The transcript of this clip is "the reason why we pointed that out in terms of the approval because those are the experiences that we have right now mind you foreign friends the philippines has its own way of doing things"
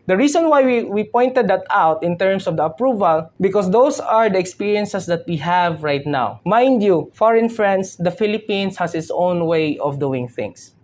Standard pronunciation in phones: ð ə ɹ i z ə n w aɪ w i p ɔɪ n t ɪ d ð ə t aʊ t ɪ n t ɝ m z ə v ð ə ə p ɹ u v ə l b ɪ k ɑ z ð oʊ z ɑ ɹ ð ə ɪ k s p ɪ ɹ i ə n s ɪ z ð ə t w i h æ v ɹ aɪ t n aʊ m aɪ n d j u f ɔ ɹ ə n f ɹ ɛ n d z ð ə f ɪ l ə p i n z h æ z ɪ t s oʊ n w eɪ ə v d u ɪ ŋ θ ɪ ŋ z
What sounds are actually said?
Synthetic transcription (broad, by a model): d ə ɹ i s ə n w aɪ w i p ɔɪ n t ɪ d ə t aʊ t ɪ n t ɝ m s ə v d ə ə p ɹ u v ə l b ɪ k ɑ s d oʊ s ɑ ɹ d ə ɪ k s p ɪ ɹ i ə n s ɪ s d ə t w i h æ v ɹ aɪ t n aʊ m aɪ n d j u f ɔ ɹ ə n f ɹ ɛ n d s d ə f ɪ l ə p i n s h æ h ɪ t s oʊ n w eɪ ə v d u ɪ ŋ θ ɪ ŋ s